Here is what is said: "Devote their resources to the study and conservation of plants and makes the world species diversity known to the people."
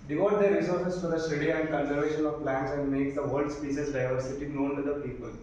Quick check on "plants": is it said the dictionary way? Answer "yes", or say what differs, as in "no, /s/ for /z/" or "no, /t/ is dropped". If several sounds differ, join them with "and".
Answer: yes